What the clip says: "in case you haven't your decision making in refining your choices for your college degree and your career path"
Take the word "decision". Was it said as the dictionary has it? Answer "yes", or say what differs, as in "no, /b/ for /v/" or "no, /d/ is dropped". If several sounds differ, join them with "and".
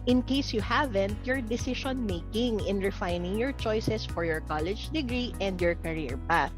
no, /ʃ/ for /ʒ/